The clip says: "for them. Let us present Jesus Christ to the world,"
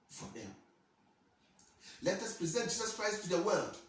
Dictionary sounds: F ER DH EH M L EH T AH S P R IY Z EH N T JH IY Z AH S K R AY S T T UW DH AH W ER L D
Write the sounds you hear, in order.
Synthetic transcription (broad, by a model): F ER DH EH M L EH T AH S P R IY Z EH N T JH IY Z AH S K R AY S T T UW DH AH W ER L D